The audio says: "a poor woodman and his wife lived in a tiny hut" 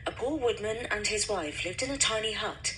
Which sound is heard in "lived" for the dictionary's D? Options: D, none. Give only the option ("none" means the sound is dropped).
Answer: D